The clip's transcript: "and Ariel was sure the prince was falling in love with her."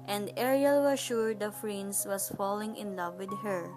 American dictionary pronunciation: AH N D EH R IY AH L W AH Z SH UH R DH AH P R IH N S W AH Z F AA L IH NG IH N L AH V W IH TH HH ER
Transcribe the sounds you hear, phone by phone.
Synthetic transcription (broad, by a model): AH N D EH R IY AH L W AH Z SH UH R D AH F R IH N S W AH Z F AA L IH NG IH N L AH V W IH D HH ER